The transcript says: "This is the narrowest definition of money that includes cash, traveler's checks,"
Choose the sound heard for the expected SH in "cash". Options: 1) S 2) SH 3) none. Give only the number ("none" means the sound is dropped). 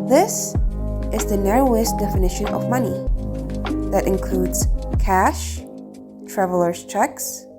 2